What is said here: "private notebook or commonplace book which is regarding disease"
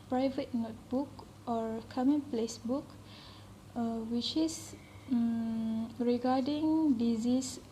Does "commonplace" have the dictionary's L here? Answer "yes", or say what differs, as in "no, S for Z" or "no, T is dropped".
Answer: yes